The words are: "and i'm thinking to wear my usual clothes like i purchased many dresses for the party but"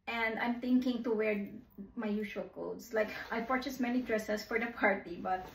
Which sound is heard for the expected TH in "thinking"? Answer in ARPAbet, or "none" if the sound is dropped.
T